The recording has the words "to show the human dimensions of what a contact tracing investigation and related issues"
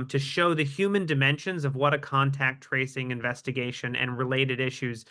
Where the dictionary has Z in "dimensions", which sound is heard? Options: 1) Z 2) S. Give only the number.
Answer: 1